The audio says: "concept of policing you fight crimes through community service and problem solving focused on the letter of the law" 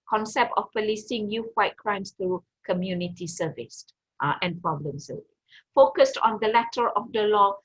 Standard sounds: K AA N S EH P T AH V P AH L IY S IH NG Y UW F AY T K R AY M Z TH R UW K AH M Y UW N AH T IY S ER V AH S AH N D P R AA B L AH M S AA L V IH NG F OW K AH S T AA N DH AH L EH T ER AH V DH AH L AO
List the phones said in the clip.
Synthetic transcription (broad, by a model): K AA N S EH P T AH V P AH L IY S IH NG Y UW F AY T K R AY M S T R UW K AH M Y UW N AH T IY S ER V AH S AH N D P R AA B L AH M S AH V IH F OW K AH S T AA N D AH L EH T ER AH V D AH L AO